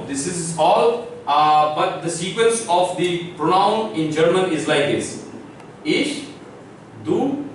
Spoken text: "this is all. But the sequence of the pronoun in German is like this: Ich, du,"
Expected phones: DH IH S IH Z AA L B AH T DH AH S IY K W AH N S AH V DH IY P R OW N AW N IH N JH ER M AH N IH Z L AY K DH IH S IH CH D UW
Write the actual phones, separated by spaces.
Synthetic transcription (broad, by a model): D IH S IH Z AA L B AH T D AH S IY K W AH N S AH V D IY P R OW N AW N IH N JH ER M AH N IH Z L AY K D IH S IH SH D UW